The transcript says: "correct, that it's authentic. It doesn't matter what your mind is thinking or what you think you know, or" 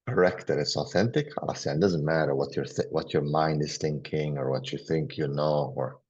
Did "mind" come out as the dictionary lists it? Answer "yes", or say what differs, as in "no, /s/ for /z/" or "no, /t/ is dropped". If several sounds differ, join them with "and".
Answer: yes